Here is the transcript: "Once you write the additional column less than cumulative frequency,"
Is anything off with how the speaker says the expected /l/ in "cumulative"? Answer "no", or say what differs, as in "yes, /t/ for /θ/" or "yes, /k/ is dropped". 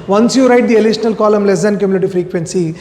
yes, /n/ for /l/